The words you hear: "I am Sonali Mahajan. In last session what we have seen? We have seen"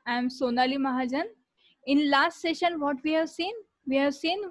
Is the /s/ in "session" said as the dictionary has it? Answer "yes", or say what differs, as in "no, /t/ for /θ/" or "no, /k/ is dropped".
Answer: yes